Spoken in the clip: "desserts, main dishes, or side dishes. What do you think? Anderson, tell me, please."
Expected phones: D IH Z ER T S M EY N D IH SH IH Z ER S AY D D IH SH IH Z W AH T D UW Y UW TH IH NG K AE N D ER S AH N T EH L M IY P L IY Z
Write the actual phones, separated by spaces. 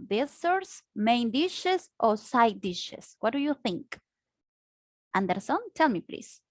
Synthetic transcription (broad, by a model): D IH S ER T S M EY N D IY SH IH S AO S AY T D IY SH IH S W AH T D UW Y UW TH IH NG K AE N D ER S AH N T EH L M IY P L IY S